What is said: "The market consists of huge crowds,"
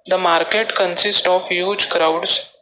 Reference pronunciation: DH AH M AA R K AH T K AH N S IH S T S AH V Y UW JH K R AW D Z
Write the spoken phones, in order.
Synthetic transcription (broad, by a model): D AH M AA R K AH T K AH N S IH S T AH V Y UW JH K R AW D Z